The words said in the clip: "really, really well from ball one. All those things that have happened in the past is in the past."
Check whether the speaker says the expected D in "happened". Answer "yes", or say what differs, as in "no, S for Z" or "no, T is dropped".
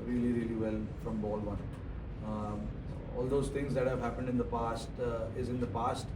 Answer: yes